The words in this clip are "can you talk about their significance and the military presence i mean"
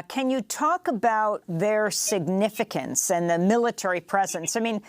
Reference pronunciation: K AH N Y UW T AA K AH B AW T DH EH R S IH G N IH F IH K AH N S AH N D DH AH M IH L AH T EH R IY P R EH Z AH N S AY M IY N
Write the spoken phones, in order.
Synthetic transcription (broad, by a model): K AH N Y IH T AA K AH B AW T DH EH R S IH G N IH F IH K AH N S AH N DH AH M IH L AH T EH R IY P R EH Z AH N S AY M IY N